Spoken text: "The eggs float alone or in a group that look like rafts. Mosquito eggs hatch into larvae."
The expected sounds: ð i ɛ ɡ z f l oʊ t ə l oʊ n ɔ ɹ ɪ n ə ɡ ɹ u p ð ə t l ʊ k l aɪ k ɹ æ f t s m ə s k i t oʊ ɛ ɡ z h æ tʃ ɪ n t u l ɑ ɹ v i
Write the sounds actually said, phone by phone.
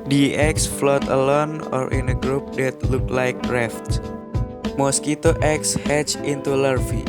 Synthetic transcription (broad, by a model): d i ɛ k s f l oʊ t ə l oʊ n ɔ ɹ ɪ n ə ɡ ɹ u p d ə t l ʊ k l aɪ k ɹ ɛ f t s m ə s k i t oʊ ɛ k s h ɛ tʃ ɪ n t u l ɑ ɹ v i